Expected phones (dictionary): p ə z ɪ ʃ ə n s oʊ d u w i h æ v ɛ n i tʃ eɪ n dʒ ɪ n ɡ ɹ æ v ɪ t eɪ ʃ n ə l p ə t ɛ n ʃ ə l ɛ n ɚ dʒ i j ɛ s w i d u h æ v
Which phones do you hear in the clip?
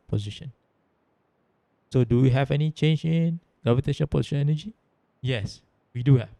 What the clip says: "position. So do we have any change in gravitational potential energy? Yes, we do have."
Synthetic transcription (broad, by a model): p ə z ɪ ʃ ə n s oʊ d u w i h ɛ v ɛ n i tʃ eɪ n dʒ ɪ n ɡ ɹ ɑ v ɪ t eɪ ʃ ə n p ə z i ʃ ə n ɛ n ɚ dʒ i j ɛ s w i d u h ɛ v